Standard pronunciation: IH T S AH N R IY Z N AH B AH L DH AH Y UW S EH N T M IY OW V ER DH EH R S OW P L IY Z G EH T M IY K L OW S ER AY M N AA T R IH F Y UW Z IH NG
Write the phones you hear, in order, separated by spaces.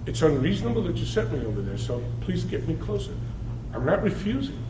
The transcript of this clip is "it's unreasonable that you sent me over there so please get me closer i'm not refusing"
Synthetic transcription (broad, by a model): IH T S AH N R IY Z N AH B L DH AH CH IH S EH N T M IY OW V ER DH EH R S OW P L IY Z G EH T M IY K L OW S ER AY M N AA T R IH F Y UW Z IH NG